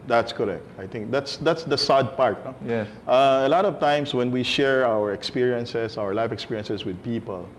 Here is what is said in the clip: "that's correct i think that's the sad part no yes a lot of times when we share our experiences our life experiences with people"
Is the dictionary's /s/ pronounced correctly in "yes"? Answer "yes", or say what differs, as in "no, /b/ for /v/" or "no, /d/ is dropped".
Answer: no, /s/ is dropped